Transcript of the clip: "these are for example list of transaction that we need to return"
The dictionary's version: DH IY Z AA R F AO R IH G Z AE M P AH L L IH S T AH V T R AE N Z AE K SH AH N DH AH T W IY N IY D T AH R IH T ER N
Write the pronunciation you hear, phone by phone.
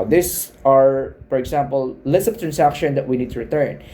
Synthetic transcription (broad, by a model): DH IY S AA R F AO R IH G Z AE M P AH L L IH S AH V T R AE N S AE K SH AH N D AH T W IY N IY D T AH R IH T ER N